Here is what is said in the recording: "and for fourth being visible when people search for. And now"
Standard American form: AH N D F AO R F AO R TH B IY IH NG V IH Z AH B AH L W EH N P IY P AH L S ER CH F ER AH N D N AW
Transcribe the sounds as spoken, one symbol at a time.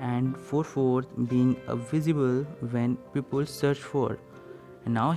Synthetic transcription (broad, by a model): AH N D F AO R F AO R T B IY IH NG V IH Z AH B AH L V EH N P IY P AH L S ER CH F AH D N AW